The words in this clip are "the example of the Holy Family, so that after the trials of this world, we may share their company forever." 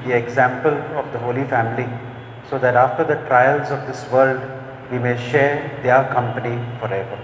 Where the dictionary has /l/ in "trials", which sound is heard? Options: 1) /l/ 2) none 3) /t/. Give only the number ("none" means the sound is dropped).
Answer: 1